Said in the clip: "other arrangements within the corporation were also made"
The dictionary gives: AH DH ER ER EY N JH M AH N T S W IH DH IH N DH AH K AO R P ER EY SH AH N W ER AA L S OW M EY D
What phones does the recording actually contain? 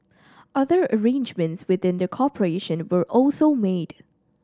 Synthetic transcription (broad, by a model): AH DH ER ER EY N JH M AH N T S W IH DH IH N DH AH K AO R P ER EY SH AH N W ER AA L S OW M EY D